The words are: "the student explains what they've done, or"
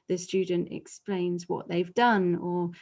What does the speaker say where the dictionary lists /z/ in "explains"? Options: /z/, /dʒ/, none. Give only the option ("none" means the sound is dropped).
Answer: /z/